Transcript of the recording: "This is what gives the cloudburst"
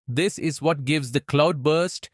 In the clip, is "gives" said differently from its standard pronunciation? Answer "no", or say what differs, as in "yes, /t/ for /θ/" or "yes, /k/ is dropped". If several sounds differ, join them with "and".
no